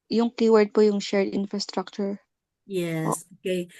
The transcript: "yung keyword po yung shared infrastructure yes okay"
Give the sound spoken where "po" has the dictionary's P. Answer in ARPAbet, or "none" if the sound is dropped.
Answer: P